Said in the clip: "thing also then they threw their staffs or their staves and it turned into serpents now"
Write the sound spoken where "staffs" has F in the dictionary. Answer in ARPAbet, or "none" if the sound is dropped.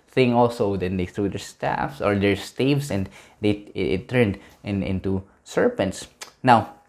F